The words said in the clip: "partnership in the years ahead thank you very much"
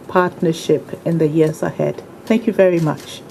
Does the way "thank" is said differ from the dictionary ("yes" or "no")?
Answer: no